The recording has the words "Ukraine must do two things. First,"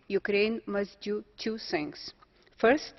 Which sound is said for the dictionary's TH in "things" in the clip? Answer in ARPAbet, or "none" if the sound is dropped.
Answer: S